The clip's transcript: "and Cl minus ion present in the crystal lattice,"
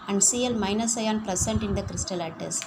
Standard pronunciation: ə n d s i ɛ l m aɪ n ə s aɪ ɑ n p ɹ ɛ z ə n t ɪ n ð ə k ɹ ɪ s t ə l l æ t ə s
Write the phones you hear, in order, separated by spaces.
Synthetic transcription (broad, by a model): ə n d s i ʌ l m aɪ n ə s aɪ ɑ n p ɹ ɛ s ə n t ɪ n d ə k ɹ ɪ s t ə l l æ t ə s